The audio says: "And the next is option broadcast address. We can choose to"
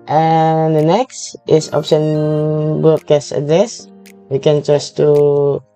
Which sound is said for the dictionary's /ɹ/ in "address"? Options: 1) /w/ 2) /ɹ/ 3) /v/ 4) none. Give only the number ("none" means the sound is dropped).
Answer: 2